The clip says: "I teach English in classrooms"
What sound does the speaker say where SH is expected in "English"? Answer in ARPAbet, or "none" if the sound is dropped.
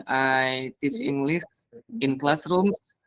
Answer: S